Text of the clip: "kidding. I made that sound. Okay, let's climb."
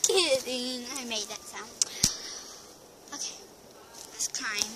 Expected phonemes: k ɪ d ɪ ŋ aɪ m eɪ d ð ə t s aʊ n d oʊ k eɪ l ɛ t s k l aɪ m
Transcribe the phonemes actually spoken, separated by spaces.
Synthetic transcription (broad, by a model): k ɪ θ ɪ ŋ aɪ m eɪ d ð ə t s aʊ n oʊ k eɪ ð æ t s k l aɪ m